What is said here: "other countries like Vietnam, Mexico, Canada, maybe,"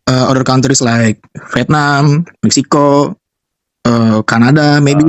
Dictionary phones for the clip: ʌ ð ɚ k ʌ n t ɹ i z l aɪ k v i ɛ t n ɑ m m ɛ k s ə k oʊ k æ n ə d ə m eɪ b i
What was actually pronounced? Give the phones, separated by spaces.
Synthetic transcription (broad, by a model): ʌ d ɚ k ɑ n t ɹ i s l aɪ k f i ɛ t n ɑ m m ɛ k s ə k oʊ k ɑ n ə d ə m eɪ b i